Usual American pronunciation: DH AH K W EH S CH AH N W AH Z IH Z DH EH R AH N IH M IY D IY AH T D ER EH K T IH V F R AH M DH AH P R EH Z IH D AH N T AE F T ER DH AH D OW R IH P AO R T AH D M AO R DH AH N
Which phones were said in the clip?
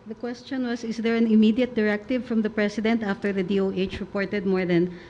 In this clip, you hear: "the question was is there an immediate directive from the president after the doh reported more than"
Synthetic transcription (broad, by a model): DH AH K W EH S CH AH N W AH S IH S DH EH R AH N IH M IY D IY AH T D ER EH K T IH V F R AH M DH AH P R EH S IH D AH N T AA F T ER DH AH D OW R IH P AO R T AH D M AO R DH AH N